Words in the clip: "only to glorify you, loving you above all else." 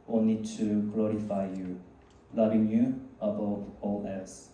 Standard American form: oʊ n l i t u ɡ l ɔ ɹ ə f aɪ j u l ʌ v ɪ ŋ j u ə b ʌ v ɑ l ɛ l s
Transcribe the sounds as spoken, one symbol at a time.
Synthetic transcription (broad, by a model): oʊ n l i t u ɡ l ɔ ɹ ə f aɪ j u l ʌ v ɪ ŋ j u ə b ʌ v ɑ l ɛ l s